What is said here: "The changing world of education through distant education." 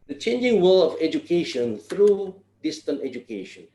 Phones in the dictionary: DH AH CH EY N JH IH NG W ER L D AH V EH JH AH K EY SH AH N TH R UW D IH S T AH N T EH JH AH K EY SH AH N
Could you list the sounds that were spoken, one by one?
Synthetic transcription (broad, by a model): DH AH CH EY N JH IH NG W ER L AH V EH JH AH K EY SH AH N TH R UW D IH S T AH N T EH JH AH K EY SH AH N